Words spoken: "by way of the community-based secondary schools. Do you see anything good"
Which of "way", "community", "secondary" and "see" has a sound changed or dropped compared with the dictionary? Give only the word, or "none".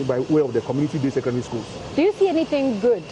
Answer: secondary